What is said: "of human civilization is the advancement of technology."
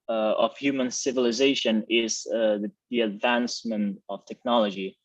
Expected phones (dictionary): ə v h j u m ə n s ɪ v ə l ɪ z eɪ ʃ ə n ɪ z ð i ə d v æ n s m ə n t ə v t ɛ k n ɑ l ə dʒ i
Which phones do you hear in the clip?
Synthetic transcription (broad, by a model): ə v h j u m ə n s ɪ v ə l ɪ z eɪ ʃ ə n ɪ z ð i ə d v æ n s m ə n t ə v t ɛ k n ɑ l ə dʒ i